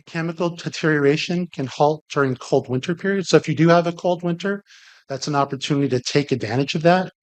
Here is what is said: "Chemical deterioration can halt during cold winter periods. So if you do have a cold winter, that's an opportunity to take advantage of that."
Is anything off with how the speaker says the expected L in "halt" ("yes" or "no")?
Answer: no